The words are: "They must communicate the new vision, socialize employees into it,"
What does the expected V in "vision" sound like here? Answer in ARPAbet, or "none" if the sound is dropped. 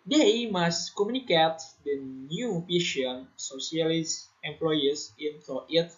P